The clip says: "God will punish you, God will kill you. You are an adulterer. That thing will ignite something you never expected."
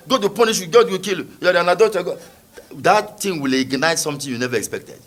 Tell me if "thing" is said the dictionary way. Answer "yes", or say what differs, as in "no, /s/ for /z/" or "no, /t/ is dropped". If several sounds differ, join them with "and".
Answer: no, /t/ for /θ/